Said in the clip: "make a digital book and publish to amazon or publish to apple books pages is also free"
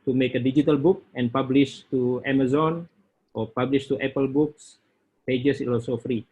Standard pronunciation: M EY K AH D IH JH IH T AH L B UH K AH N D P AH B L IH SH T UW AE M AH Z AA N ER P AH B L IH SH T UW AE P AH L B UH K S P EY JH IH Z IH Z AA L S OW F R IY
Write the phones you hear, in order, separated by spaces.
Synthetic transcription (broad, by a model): M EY K AH D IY JH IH T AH L B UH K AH N P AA B L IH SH T UW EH M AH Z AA N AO P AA B L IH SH T UW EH P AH L B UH K S P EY JH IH S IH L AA S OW F R IY